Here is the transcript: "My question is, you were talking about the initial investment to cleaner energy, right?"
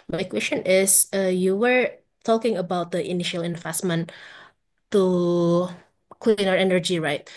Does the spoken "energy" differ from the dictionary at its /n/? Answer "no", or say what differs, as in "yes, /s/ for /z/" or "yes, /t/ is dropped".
no